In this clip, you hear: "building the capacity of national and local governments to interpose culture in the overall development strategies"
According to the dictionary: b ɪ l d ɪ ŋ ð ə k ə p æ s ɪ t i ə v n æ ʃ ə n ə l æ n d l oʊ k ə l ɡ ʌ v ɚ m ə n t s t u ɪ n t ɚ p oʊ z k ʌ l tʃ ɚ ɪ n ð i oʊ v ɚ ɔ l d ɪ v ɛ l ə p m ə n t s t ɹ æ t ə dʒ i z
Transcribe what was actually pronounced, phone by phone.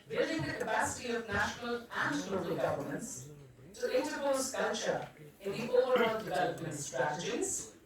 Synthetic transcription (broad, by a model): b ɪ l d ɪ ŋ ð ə k ə p æ s ɪ t i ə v n æ ʃ ə n ə l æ n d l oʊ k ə l ɡ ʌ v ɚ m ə n t s t u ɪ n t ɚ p oʊ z k ʌ l tʃ ɚ ɪ n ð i oʊ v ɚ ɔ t d ɪ v ɛ l ə p m ə n t s t ɹ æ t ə dʒ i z